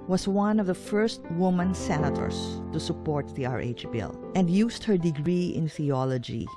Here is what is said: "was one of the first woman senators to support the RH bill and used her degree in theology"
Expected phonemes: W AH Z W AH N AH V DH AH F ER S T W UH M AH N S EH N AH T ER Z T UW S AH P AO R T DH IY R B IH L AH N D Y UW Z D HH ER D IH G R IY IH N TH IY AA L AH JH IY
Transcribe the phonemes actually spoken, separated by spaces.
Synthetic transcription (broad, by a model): W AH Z W AH N AH V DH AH F ER S T W UH M AH N S EH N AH T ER S T UW S AH P AO R T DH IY R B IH L AH N D Y UW S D HH ER D IH G R IY IH N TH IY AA L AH JH IY